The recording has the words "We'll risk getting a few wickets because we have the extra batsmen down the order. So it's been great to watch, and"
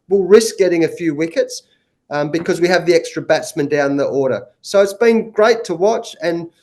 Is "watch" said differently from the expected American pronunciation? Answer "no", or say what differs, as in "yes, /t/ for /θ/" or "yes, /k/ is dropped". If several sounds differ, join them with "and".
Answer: no